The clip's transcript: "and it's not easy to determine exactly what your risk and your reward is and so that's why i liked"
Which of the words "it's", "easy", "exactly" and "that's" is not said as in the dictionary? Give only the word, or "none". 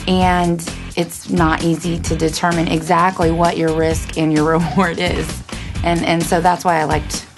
none